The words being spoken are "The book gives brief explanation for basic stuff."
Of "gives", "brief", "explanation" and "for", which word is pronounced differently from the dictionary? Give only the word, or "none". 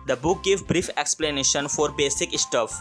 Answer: gives